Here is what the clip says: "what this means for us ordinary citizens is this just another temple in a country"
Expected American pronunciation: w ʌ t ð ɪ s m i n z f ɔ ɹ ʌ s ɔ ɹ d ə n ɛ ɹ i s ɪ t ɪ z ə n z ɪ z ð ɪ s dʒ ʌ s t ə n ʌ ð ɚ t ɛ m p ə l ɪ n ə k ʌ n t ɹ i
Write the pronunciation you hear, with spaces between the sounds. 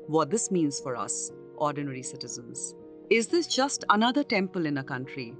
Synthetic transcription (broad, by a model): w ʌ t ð ɪ s m i n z f ɔ ɹ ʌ s ɔ ɹ d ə n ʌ ɹ i s ɪ t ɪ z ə n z ɪ z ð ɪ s dʒ ʌ s t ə n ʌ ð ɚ t ɛ m p ə l ɪ n ə k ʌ n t ɹ i